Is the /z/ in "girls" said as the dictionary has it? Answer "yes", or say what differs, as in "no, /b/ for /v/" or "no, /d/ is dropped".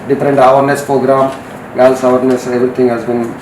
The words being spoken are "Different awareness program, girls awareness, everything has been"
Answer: no, /s/ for /z/